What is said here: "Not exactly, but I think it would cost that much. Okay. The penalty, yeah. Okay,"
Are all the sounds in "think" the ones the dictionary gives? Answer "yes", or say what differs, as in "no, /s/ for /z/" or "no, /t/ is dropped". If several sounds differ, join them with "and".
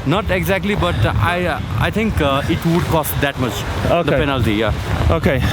no, /t/ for /θ/